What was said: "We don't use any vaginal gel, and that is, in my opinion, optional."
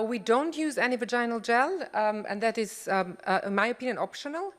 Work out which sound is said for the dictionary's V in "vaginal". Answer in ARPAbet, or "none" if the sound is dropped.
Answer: V